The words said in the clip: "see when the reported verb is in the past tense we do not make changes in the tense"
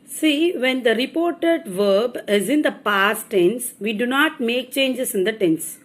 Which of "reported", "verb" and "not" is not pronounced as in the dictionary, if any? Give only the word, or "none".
none